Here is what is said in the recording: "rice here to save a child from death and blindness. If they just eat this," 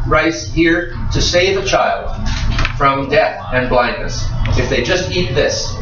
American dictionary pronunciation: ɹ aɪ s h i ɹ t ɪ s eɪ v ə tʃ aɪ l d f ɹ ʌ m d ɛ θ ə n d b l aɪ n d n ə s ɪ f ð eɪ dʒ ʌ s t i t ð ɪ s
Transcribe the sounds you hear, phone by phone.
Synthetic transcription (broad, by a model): ɹ aɪ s h i ɹ t ɪ s eɪ v ə tʃ aɪ l d f ɹ ʌ m d ɛ θ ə n b l aɪ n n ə s ɪ f ð eɪ dʒ ʌ s t i t ð ɪ s